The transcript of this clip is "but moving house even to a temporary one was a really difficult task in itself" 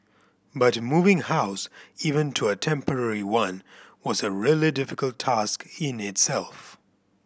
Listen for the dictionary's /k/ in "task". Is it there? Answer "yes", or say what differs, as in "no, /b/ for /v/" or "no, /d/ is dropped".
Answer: yes